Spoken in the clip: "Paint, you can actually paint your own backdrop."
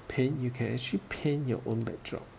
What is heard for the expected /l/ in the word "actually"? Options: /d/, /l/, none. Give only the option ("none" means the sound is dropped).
none